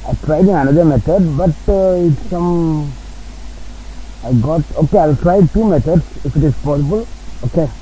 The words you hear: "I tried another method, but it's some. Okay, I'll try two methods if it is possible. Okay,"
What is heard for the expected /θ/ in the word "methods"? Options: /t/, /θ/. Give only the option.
/t/